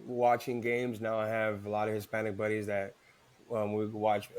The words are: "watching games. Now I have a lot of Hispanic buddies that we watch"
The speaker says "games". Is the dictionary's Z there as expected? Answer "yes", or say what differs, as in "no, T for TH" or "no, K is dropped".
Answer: yes